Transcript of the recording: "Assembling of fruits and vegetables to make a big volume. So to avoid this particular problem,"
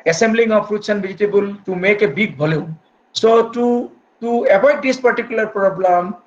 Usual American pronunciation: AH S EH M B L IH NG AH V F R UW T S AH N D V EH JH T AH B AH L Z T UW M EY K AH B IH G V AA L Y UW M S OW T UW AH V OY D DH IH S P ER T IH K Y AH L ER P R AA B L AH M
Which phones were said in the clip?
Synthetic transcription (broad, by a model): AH S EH M B L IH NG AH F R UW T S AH N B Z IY T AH B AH L T UW M EY K AH B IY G B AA L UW S OW T UW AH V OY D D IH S P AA T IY K Y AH L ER P R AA B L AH M